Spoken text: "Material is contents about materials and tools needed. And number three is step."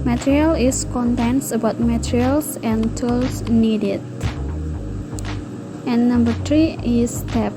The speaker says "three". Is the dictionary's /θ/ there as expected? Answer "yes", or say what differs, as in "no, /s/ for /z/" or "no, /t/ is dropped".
no, /t/ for /θ/